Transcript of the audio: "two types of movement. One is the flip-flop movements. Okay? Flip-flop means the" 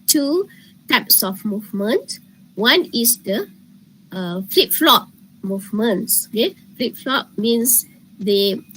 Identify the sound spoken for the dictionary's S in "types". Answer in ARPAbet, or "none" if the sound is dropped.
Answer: S